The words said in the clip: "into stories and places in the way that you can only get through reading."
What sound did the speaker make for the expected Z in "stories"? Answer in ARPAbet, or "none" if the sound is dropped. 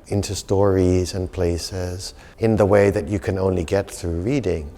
Z